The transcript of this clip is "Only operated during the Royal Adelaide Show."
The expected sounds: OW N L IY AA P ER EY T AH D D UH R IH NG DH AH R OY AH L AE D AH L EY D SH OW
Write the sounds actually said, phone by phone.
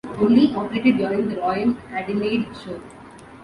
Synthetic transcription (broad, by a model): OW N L IY AA P ER EY T AH D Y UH R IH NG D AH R OY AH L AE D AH N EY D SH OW